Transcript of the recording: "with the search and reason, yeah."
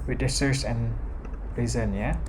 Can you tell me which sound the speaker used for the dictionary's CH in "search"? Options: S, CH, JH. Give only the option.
S